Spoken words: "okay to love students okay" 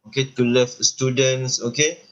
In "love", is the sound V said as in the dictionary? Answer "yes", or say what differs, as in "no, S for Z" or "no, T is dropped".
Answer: no, F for V